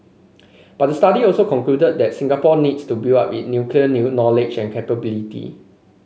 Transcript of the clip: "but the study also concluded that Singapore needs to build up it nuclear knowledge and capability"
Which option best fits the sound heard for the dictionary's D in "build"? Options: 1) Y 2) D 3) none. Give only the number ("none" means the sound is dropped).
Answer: 3